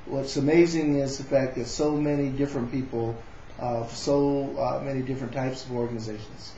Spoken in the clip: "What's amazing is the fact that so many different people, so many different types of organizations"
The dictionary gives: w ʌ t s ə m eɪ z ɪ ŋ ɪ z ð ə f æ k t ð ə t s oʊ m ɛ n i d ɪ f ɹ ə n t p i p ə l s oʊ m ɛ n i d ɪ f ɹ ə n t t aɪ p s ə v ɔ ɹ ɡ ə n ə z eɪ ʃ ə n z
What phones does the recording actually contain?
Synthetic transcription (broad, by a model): w ʌ t s ə m eɪ z ɪ ŋ ɪ z ð ə f æ k ð ə t s oʊ m ɛ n i d ɪ f ɹ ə n p i p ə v s oʊ m ɛ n i d ɪ f ɹ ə n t t aɪ p s ə v ɔ ɹ ɡ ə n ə z eɪ ʃ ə n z